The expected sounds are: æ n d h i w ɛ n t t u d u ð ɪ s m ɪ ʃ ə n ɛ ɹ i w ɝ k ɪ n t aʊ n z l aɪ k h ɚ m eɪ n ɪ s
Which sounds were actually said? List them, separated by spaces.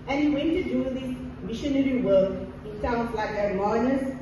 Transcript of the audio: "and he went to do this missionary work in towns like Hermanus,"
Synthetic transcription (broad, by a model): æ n h i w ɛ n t t u d u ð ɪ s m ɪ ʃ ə n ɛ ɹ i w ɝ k ɪ n s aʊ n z l aɪ k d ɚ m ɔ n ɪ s